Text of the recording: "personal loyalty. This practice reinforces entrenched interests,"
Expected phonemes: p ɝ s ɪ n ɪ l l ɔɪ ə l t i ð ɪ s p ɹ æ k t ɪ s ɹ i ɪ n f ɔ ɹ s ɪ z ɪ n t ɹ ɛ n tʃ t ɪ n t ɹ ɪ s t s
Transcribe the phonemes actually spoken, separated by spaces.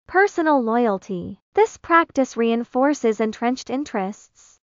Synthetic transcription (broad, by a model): p ɝ s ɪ n l l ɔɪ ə l t i ð ɪ s p ɹ æ k t ɪ s ɹ i ɪ n f ɔ ɹ s ɪ z ɪ n t ɹ ɛ n tʃ t ɪ n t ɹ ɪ s t s